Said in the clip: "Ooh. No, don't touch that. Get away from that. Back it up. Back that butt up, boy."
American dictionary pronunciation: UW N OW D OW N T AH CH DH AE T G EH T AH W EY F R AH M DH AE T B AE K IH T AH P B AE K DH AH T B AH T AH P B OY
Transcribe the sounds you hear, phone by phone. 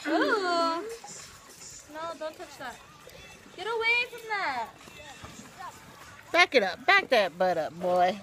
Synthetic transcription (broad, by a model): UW N OW D OW N T AH CH DH AE T G EH T AH W EY F R AH M DH AE T B AE K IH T AH P B AE K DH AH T B AH T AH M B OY